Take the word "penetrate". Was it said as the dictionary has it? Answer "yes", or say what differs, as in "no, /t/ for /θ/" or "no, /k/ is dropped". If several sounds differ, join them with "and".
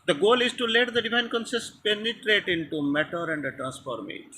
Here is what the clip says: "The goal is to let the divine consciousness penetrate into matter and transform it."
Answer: yes